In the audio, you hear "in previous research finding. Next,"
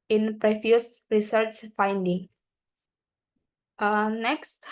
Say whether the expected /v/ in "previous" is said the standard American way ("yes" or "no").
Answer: no